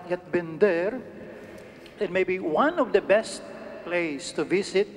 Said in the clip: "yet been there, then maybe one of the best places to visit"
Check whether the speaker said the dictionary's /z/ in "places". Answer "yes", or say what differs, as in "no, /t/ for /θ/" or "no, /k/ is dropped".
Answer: no, /s/ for /z/